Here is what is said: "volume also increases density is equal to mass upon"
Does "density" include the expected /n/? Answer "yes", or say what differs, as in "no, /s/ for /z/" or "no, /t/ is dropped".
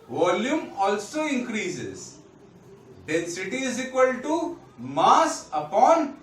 no, /n/ is dropped